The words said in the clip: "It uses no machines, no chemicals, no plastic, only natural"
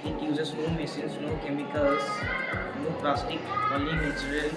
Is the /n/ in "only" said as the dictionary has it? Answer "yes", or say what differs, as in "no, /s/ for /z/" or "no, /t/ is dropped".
no, /n/ is dropped